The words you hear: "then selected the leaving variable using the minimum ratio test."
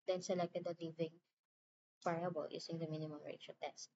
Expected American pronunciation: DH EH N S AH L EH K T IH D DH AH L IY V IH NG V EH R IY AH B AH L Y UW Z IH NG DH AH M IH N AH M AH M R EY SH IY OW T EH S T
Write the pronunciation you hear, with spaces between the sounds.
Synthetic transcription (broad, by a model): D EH N S AH L EH K T IH D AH L IY V IH NG P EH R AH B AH L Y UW S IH NG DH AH M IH N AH M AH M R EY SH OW T EH S T